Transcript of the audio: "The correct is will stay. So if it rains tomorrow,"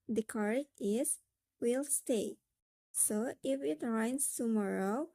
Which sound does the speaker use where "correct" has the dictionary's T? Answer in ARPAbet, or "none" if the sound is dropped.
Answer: none